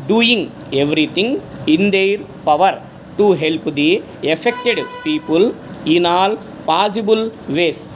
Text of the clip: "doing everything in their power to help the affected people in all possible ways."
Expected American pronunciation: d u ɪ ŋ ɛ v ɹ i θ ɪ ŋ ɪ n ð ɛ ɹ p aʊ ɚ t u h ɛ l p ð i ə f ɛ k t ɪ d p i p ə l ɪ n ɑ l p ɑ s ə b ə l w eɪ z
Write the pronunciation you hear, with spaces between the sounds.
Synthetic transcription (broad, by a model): d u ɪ ŋ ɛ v ɹ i t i ŋ ɪ n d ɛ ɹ p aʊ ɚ t u h ɛ l p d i ə f ɛ k t ɪ d p i p ə l ɪ n ɑ l p ɑ s ə b ə l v eɪ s